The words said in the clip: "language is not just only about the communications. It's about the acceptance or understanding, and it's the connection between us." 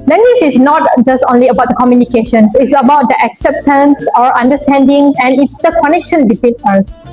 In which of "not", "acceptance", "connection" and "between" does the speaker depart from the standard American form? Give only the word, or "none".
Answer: none